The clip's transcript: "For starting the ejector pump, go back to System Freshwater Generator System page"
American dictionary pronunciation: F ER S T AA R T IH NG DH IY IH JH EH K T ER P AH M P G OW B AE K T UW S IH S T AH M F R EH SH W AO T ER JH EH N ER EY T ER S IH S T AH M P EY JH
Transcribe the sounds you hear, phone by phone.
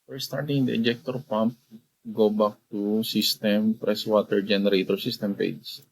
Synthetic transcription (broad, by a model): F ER S T AA R T IH NG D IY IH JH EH K T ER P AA M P G OW B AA K T UW S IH S T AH M P R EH S W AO T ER JH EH N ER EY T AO S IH S T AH M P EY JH